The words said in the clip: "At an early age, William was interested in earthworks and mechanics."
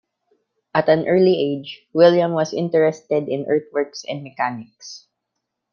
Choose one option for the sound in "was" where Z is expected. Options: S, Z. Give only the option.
S